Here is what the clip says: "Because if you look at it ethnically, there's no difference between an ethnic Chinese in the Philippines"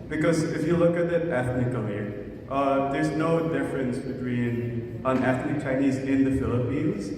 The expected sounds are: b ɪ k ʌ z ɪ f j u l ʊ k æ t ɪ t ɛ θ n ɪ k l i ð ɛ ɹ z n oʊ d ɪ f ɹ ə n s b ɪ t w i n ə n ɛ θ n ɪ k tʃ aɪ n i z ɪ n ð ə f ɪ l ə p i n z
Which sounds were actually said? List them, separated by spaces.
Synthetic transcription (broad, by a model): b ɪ k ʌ z ɪ f j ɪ l ʊ k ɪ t ɪ t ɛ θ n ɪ k l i ð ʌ ɹ z n oʊ d ɪ f ɹ ə n s b ɪ t w i n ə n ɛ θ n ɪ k tʃ aɪ n i z ɪ n ð ə f ɪ l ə p i n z